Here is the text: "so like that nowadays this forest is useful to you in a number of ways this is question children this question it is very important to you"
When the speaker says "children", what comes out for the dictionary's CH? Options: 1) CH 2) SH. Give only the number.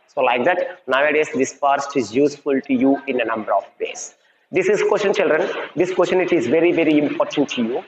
1